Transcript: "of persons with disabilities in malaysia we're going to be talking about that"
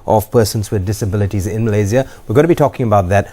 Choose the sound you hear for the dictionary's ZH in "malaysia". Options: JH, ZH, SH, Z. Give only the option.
Z